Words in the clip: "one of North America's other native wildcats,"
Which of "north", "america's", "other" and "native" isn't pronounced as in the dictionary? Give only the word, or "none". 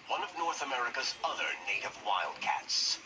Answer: none